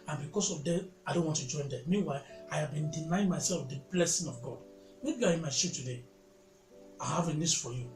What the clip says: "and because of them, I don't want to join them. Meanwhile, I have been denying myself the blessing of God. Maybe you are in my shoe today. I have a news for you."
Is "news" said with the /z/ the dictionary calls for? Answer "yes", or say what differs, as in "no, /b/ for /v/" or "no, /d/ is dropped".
no, /s/ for /z/